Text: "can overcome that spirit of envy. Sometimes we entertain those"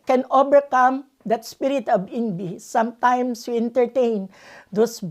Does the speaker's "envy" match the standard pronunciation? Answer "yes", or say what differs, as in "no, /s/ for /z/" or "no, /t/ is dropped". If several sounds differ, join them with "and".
no, /b/ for /v/